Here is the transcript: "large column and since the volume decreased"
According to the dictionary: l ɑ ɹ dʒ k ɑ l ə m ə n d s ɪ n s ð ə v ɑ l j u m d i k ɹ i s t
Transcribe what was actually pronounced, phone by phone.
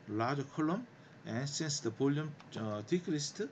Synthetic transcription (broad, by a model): l ɑ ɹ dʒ k ɑ l ə m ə n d s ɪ n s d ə p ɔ l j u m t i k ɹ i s t